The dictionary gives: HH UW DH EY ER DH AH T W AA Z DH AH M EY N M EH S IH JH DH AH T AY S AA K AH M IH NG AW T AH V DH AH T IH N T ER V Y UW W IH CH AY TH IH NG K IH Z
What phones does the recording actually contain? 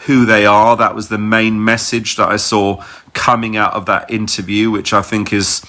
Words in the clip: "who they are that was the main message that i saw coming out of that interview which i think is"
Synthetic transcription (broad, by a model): HH UW DH EY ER DH AH T W AA Z DH AH M EY N M EH S IH JH DH AH T AY S AA K AH M IH NG AW T AH V DH AH T IH N T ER V Y UW W IH CH AY TH IH NG K IH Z